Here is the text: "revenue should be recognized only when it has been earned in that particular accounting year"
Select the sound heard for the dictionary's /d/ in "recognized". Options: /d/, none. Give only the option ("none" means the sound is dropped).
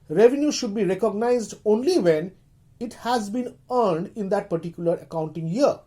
/d/